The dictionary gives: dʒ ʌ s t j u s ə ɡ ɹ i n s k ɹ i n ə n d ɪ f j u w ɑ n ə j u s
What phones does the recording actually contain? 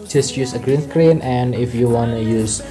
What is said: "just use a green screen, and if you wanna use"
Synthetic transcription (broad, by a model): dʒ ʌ s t j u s ə ɡ ɹ i n θ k ɹ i n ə n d ɪ f j u w ɑ n ə j u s